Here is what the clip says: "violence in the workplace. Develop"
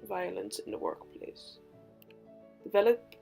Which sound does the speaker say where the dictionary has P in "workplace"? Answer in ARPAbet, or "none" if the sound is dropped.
P